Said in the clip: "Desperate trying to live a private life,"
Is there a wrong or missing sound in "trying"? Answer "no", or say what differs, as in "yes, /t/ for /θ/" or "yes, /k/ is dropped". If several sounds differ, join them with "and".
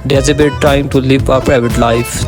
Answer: yes, /ɹ/ is dropped